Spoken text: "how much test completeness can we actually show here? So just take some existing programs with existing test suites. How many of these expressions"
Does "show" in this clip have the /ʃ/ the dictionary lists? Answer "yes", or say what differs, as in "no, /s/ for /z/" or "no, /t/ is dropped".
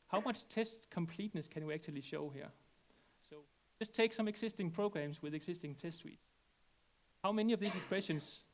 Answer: yes